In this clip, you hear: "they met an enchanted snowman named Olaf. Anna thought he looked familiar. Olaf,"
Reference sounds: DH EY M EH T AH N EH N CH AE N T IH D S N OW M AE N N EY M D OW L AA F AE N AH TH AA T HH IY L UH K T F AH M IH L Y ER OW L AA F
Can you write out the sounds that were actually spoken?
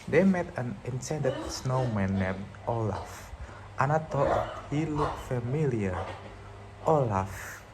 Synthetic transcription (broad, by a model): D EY M EH T AH N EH N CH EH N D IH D S N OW M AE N N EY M OW L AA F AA N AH T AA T HH IY L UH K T F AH M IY L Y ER OW L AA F